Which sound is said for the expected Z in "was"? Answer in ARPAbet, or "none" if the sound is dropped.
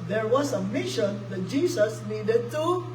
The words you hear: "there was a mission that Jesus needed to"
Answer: S